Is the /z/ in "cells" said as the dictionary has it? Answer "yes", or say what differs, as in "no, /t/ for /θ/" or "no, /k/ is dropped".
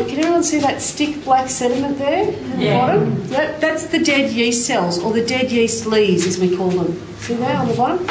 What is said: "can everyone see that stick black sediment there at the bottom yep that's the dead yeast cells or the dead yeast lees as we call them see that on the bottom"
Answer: yes